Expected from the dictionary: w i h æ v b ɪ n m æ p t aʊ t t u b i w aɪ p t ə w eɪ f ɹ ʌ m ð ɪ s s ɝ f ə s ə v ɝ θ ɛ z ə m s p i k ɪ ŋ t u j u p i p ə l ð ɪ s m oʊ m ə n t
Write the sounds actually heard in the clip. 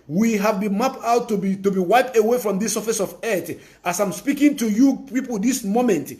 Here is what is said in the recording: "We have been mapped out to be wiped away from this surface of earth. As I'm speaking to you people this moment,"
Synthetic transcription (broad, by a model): w i h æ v b ɪ n m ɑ p aʊ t t u b i w aɪ p t ə w eɪ f ɹ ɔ m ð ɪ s s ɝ f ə s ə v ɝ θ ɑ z ə m s p i k ɪ ŋ t u j u p i p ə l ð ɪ s m oʊ m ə n t